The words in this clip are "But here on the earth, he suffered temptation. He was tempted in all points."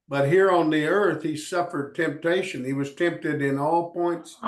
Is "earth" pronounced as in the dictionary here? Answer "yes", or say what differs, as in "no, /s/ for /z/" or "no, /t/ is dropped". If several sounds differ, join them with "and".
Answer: yes